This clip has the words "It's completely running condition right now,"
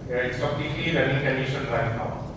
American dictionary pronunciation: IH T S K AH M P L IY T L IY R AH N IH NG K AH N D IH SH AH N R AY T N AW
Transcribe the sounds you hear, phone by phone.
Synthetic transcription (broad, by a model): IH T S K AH P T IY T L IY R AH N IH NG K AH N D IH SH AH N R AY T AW